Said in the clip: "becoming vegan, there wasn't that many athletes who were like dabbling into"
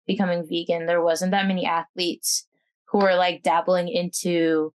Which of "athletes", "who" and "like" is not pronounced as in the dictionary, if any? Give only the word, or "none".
none